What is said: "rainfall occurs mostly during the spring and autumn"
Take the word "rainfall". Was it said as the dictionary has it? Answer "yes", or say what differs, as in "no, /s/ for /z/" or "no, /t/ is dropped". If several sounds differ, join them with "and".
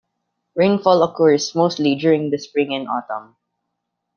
yes